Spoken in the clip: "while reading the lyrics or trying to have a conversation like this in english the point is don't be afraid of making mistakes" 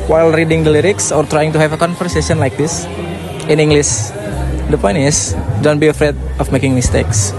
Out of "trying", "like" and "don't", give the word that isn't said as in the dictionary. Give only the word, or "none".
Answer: none